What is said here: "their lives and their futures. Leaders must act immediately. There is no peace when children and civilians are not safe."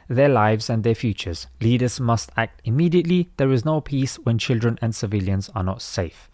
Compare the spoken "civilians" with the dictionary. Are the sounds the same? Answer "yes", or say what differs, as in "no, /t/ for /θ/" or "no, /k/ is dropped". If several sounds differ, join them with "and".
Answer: yes